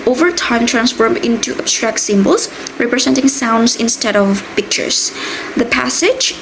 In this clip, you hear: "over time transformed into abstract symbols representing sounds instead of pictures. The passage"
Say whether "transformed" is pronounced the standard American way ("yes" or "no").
no